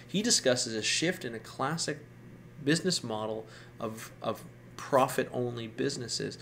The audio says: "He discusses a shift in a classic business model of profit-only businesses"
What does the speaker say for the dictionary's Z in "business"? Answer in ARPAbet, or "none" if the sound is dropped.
Z